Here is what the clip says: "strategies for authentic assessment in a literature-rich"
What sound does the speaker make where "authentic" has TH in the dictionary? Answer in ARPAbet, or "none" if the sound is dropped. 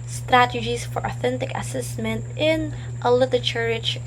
TH